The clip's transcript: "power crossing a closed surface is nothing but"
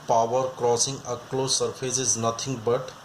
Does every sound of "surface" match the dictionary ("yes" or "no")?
no